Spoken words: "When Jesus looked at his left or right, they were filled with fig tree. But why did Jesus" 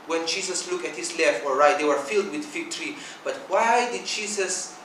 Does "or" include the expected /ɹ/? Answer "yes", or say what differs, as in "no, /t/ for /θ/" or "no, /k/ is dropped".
no, /l/ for /ɹ/